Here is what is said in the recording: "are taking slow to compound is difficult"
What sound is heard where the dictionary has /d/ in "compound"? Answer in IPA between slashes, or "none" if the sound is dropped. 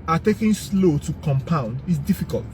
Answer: /d/